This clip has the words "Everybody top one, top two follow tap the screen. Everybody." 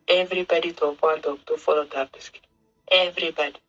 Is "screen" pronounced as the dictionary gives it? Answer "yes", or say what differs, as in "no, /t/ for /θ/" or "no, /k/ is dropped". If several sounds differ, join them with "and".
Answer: no, /ɹ/ is dropped and /n/ is dropped